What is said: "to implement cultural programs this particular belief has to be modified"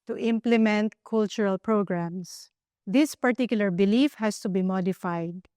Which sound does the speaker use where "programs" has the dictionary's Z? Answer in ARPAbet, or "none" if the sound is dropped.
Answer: S